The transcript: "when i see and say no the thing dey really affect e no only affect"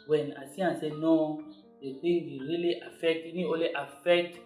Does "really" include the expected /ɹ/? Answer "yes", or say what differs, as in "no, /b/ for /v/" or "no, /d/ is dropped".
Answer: yes